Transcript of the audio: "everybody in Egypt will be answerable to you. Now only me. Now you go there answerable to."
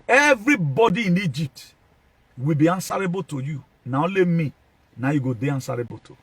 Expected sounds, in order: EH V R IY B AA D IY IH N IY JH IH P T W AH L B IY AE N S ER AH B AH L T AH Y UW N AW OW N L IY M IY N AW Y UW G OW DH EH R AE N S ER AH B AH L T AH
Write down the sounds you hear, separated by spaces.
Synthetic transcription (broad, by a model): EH V R IY B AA D IY IH N IY JH IH P T W AH L B IY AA N S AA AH B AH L T AH Y UW N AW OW L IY M IY N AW Y UW G OW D EH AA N S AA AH B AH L T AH